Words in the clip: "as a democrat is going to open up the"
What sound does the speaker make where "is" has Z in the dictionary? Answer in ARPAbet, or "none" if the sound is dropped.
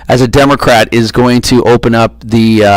Z